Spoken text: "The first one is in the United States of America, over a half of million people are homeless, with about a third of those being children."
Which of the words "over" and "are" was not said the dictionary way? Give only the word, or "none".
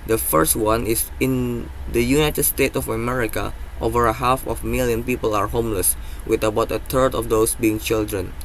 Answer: none